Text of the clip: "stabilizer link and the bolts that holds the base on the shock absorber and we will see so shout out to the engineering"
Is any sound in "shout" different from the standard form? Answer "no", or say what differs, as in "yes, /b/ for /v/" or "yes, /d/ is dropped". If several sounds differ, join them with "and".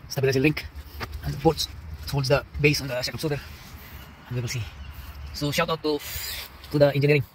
no